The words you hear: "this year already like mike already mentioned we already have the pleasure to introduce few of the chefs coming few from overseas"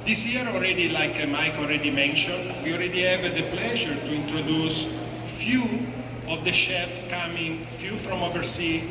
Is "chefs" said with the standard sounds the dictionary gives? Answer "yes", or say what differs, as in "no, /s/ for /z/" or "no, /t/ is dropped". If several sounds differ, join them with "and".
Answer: no, /s/ is dropped